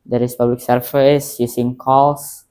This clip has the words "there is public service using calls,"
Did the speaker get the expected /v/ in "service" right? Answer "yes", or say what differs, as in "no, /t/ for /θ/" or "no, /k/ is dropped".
no, /f/ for /v/